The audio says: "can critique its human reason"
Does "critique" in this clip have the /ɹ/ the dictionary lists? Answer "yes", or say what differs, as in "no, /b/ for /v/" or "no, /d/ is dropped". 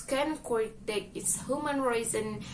no, /w/ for /ɹ/